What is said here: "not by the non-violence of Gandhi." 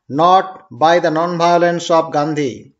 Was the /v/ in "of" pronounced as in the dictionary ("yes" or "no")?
no